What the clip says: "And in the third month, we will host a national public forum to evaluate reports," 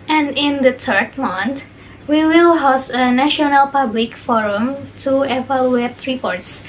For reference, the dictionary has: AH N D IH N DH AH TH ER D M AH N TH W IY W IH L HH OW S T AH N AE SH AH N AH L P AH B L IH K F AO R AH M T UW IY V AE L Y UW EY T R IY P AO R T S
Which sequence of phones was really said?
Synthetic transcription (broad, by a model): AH N D IH N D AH T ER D M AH N T W IY W IH L HH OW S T AH N AE SH AH N AH L P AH B L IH K F AO R AH M T UW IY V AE L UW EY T R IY P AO R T S